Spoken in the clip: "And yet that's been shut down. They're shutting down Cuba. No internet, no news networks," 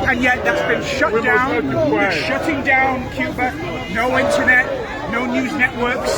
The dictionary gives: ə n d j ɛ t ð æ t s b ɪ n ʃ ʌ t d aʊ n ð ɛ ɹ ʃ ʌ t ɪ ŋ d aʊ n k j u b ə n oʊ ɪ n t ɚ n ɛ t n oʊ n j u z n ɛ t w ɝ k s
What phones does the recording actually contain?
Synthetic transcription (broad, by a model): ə n j ɛ t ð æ t s b ɪ n ʃ ʌ t d aʊ n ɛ ʃ ʌ t ɪ ŋ d aʊ n k j u b ə n oʊ ɪ n t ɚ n ɛ t n oʊ n j u z n ɛ t w ɝ k s